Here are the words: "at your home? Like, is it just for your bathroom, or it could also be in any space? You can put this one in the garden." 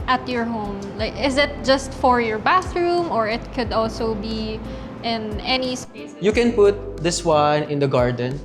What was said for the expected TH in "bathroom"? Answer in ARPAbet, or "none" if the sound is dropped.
TH